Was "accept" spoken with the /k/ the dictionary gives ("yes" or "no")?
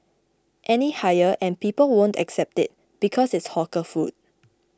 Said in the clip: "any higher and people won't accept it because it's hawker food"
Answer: yes